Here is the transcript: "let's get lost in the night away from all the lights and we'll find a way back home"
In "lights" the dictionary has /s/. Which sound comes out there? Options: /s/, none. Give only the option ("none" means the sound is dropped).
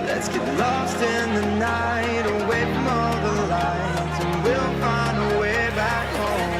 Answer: none